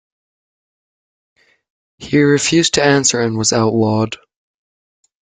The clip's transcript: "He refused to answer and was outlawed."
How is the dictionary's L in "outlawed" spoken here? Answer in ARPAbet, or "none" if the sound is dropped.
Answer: W